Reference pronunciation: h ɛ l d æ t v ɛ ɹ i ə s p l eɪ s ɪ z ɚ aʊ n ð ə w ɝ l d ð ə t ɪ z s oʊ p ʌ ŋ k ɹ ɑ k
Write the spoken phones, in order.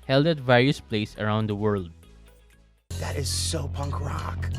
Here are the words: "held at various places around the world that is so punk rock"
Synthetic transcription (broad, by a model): h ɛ l d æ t v ɛ ɹ i ə s p l eɪ ɪ s ɚ aʊ n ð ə w ɝ l d ð ə t ɪ z s oʊ p ʌ ŋ k ɹ ɑ k